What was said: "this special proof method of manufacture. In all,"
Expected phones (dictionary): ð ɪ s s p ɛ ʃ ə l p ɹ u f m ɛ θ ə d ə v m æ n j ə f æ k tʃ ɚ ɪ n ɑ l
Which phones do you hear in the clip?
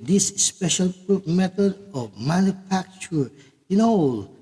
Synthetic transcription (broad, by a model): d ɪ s s p ɛ ʃ ə l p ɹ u p m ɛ t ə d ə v m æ n j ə f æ k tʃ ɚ ɪ n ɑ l